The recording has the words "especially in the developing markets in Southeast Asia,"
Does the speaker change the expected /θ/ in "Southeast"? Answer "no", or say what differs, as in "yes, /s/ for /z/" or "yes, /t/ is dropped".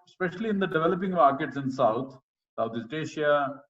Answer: yes, /s/ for /θ/